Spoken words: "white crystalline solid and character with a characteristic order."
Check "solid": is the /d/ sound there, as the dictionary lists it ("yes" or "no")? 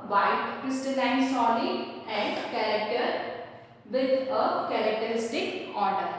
no